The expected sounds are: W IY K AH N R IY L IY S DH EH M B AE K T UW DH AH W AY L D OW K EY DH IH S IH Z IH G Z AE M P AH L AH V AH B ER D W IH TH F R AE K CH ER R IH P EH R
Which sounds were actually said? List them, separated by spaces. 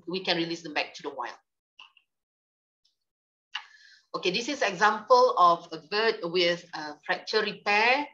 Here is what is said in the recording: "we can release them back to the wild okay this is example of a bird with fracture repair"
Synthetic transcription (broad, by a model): W IY K AH N R IY L IY S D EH M B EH K T UW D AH W AY L OW K EY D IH S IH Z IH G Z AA M P AH L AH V AH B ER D W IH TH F R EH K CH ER R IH P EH